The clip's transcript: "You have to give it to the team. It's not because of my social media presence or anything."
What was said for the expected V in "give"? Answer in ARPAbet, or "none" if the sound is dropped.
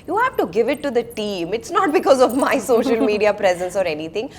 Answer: V